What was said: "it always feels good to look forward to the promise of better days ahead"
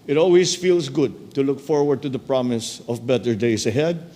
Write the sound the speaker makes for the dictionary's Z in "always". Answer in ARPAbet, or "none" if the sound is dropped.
S